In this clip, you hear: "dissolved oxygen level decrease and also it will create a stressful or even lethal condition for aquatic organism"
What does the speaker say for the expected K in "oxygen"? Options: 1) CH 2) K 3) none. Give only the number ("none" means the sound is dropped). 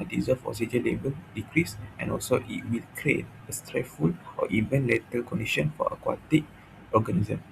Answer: 3